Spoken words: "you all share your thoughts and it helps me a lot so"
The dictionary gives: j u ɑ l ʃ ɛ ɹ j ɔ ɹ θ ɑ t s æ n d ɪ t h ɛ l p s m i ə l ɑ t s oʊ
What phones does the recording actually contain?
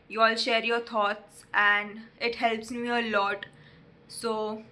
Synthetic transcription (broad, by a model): j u ɑ l ʃ ɛ ɹ j ɔ ɹ t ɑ t s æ n d ɪ t h ɛ l p s m i ə l ɑ t s oʊ